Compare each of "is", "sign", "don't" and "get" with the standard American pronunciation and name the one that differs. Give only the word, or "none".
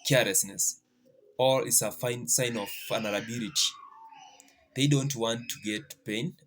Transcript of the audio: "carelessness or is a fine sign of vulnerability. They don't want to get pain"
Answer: is